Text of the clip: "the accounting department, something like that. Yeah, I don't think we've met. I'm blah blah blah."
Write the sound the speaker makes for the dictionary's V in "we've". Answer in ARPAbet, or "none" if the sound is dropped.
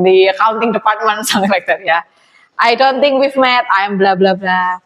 F